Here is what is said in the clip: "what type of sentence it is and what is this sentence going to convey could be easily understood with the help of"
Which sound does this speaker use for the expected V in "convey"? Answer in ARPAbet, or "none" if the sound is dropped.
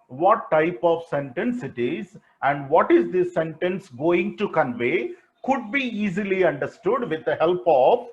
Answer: V